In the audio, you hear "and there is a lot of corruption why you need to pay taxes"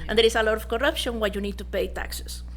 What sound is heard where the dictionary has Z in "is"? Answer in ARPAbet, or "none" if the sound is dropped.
S